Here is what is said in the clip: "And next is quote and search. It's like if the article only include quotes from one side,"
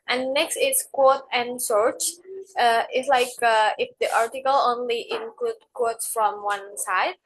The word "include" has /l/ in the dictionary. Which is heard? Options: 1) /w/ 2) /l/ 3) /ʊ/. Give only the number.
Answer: 2